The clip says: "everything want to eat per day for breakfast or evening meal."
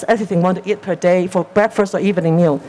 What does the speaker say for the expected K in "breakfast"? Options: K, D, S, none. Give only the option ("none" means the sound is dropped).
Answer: K